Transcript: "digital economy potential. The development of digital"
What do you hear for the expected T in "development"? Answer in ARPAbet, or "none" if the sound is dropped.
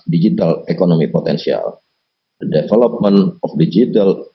none